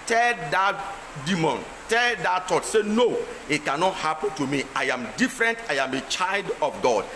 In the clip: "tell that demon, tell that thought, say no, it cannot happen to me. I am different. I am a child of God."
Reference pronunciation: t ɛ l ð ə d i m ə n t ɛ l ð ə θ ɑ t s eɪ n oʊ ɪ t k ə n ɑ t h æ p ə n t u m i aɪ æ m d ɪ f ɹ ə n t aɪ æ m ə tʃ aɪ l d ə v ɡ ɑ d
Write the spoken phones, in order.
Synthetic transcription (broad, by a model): t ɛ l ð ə d i m ə n t ɛ l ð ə t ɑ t s eɪ n oʊ ɪ t k ə n ɑ t h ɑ p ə n t u m i aɪ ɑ m d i f ɹ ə n t aɪ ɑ m ə tʃ aɪ l d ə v ɡ ɑ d